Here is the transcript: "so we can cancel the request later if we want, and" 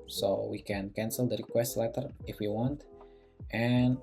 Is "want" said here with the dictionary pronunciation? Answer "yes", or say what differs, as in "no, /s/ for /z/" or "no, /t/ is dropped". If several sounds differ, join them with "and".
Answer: yes